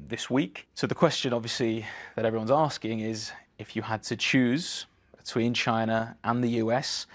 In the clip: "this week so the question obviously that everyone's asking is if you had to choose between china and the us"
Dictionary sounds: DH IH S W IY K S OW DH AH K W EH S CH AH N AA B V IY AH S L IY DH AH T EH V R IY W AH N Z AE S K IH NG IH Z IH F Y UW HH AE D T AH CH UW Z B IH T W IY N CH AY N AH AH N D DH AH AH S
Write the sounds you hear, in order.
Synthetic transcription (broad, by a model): DH IH S W IY K S OW DH AH K W EH S CH AH N AA B V IY AH S L IY DH AH T EH V R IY W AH N Z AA S K IH NG IH Z IH F Y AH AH D T AH CH UW Z B IH T W IY N CH AY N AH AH N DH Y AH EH S